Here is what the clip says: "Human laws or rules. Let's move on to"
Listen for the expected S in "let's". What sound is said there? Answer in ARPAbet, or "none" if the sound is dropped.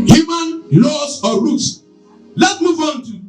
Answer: none